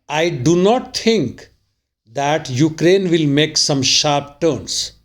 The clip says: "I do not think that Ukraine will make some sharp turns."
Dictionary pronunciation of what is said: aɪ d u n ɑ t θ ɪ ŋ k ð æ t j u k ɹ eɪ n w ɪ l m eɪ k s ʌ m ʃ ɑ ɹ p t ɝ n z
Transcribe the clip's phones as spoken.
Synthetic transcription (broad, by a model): aɪ d u n ɑ t t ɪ ŋ k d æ t j u k ɹ eɪ n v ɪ l m eɪ k s ʌ m ʃ ɑ ɹ p t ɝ n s